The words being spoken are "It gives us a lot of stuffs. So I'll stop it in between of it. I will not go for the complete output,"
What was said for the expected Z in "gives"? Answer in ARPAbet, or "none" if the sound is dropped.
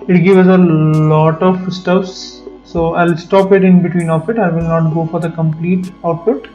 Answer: none